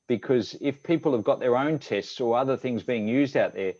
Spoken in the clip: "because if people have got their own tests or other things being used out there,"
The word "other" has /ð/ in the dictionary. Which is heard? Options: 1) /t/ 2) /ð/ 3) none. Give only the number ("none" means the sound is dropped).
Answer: 2